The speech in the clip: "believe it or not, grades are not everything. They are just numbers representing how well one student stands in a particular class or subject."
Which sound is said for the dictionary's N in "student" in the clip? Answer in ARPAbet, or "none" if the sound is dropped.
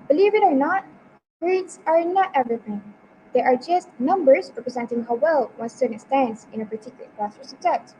none